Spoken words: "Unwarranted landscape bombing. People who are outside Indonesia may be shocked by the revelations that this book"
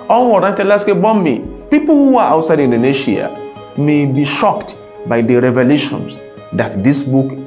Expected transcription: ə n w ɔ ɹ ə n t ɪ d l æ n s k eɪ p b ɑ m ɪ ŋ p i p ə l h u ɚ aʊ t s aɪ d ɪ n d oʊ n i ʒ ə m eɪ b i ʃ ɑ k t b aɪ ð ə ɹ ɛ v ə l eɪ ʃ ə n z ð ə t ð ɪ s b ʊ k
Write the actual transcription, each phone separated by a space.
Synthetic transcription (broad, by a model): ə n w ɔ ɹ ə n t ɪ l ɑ s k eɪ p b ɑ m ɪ p i p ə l h u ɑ aʊ t s aɪ d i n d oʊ n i ʃ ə m eɪ b i ʃ ɑ k t b aɪ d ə ɹ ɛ v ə l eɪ ʃ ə n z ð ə t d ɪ s b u k